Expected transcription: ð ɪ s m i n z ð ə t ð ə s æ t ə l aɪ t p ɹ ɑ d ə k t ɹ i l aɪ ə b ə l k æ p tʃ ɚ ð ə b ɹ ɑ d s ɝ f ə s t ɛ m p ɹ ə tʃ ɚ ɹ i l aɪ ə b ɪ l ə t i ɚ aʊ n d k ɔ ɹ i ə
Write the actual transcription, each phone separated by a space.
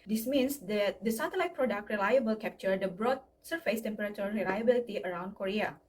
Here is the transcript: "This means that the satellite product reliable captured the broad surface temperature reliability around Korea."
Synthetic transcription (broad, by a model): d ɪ s m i n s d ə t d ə s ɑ t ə l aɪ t p ɹ ɑ d ə k t ɹ i l aɪ ə b ə l k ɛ p tʃ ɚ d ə b ɹ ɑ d s ɝ f ə s t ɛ m p ɹ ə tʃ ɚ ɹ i l aɪ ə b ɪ l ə t i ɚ aʊ n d k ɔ ɹ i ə